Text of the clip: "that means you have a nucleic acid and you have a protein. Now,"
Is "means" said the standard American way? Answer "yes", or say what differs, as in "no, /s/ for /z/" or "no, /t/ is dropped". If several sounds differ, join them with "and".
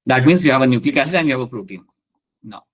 no, /s/ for /z/